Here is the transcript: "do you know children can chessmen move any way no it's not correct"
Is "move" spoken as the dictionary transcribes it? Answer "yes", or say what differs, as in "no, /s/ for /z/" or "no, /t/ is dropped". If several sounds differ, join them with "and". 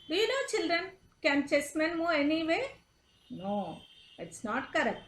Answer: no, /v/ is dropped